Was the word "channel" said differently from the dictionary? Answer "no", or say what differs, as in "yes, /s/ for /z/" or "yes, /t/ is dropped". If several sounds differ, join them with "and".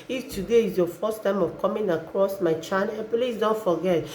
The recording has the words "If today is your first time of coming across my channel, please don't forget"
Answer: yes, /n/ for /l/